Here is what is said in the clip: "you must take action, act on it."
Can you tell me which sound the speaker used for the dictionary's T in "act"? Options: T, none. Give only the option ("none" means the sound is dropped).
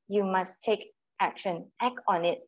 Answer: none